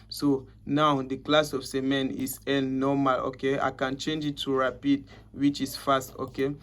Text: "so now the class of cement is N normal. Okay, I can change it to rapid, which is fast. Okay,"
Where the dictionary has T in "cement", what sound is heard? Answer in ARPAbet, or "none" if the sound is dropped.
none